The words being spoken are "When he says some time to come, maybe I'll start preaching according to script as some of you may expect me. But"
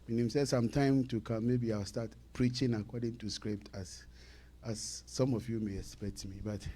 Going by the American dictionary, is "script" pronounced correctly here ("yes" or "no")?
yes